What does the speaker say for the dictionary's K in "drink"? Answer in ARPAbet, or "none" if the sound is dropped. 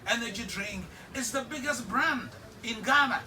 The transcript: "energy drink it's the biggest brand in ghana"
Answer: none